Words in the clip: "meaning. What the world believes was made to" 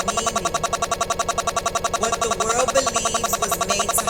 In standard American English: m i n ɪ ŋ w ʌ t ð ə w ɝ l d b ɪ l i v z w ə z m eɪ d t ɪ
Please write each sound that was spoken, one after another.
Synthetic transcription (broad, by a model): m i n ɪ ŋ w ʌ t ð ə w ɝ l d b ɪ l i v z w ə z m eɪ d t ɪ